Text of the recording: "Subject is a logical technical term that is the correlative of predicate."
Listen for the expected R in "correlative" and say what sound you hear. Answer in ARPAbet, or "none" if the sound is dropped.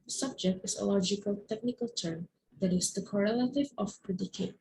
R